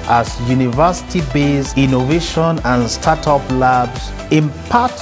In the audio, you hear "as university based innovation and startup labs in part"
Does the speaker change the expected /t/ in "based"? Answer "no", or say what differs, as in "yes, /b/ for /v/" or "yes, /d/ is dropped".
yes, /t/ is dropped